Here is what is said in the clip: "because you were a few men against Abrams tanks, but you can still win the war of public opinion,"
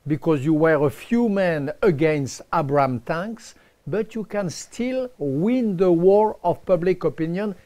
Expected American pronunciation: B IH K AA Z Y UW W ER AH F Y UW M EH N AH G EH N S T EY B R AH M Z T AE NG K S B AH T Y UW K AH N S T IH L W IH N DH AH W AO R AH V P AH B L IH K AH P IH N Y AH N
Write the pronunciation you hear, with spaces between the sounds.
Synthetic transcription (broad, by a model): B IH K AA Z Y UW W ER AH F Y UW M EH N AH G EH N S T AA B R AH M T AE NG K S B AH T Y UW K AH N S T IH L W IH N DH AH W AO R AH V P AH B L IH K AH P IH N Y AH N